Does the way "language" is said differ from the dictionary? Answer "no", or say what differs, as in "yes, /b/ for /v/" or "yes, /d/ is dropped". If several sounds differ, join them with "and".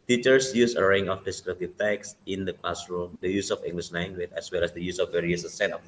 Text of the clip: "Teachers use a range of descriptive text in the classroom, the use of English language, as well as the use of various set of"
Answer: yes, /n/ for /l/